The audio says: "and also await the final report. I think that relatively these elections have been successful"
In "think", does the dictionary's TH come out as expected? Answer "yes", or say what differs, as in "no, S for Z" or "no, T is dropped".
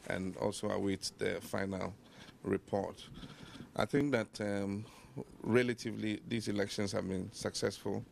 yes